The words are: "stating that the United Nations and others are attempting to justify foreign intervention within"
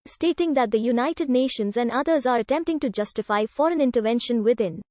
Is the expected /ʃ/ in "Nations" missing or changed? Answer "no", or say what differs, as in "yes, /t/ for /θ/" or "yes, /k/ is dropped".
no